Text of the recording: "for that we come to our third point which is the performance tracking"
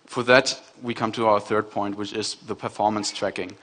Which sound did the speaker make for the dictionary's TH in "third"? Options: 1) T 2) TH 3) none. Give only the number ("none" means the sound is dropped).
2